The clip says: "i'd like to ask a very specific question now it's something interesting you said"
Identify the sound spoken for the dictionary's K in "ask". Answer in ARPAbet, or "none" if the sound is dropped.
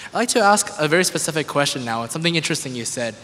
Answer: K